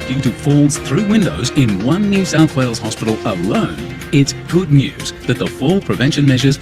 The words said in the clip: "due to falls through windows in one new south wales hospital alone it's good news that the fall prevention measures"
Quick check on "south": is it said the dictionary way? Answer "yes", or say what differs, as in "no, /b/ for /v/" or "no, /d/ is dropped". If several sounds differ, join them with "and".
yes